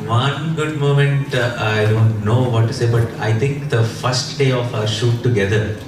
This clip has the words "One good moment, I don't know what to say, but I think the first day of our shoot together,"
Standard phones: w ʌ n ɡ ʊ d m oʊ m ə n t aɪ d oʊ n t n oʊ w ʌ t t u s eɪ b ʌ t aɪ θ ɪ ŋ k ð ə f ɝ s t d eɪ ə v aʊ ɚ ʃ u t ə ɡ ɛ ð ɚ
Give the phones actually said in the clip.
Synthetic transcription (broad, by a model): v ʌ n ɡ ʊ d m oʊ m ə n t aɪ d oʊ n t n oʊ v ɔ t t u s eɪ b ʌ t aɪ t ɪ ŋ k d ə f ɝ s t d eɪ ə f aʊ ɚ ʃ u t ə ɡ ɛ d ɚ